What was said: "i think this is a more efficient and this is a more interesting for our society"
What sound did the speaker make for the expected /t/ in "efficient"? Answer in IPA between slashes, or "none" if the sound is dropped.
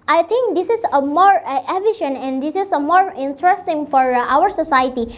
none